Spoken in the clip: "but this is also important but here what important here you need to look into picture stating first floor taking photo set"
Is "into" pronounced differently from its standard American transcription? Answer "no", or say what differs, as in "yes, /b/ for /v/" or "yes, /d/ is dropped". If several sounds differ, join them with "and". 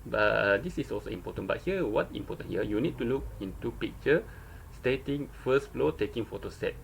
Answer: no